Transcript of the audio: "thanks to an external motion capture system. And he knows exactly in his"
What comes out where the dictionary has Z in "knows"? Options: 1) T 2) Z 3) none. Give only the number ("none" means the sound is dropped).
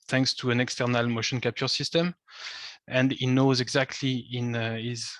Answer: 2